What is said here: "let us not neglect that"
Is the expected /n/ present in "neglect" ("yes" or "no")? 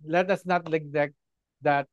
no